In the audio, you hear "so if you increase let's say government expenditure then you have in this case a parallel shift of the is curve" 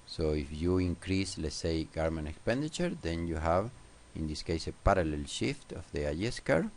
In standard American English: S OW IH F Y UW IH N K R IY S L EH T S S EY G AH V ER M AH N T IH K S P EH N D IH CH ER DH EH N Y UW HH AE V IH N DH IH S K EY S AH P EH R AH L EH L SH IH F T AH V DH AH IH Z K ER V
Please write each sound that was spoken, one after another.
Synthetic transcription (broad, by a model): S OW IH F Y UW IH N K R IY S L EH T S S EY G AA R M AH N IH K S P EH N D IH CH ER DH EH N Y UW HH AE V IH N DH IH S K EY S AH P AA R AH L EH L SH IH F T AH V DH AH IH S K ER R